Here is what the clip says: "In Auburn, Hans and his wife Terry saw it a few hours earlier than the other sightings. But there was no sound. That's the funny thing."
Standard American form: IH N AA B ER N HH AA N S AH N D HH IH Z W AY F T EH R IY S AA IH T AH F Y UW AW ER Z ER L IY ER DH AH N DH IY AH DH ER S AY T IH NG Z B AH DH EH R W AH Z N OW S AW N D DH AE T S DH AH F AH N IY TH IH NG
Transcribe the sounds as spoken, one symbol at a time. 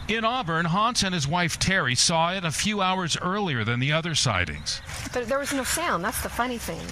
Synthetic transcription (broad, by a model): IH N AA B ER N HH AA N S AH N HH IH Z W AY F T EH R IY S AA IH T AH F Y UW AW ER Z ER L IY ER DH AH N DH IY AH DH ER S AY T IH NG Z B AH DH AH R W AH Z N OW S AW N DH AE T S DH AH F AH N IY TH IH NG